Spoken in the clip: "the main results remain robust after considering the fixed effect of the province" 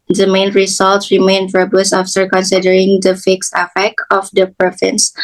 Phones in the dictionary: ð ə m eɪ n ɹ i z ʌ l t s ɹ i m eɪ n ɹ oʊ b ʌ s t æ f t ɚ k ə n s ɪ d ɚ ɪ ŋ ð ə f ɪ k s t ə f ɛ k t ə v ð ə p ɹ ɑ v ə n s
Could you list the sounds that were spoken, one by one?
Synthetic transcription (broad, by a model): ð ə m eɪ n ɹ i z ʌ l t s ɹ i m eɪ n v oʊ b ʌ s æ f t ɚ k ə n s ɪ d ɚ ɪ ŋ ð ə f ɪ k s t ə f ɛ k t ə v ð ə p ɹ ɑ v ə n s